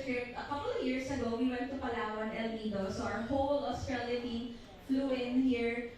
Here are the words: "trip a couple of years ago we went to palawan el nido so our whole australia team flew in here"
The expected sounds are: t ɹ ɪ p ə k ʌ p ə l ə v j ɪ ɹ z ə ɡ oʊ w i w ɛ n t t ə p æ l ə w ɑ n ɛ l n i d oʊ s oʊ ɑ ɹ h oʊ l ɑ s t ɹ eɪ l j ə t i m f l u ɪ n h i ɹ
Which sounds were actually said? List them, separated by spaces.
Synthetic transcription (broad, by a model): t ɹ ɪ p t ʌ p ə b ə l j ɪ ɹ s ə ɡ oʊ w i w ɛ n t t ə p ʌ l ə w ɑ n ɛ l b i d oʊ s oʊ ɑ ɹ h oʊ l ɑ s t ɹ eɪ l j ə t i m f l u ɪ n h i ɹ